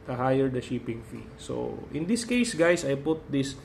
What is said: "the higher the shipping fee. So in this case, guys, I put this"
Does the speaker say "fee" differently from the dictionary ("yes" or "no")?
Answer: no